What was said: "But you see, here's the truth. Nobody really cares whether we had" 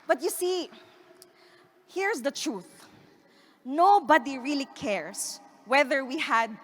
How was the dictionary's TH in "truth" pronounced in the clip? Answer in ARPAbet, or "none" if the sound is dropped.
TH